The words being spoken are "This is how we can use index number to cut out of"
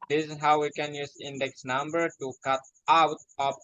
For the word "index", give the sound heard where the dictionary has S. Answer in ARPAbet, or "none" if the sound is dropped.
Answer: S